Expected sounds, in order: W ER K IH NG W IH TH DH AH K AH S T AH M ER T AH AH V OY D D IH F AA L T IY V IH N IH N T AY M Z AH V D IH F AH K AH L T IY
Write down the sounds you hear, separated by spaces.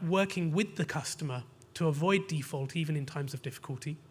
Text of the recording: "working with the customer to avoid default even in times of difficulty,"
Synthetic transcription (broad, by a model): W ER K IH NG W IH DH AH K AH S T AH M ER T AH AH V OY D D IH F AA L T IY V IH N IH N T AY M Z AH V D IH F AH K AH L T IY